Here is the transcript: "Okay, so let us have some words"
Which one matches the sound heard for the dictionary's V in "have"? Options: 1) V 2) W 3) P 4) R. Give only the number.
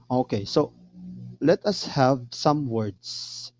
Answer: 1